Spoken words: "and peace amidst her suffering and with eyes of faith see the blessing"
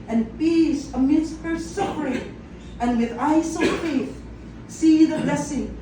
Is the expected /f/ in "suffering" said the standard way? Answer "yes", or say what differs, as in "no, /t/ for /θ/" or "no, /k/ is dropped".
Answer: no, /p/ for /f/